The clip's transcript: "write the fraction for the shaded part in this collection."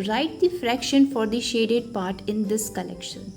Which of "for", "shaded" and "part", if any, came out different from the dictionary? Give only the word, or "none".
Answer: none